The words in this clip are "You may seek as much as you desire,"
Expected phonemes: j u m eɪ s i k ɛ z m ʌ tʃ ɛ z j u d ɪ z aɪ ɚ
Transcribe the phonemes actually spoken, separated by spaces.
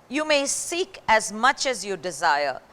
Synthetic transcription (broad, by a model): j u m eɪ s i k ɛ z m ʌ tʃ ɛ z j u d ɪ z aɪ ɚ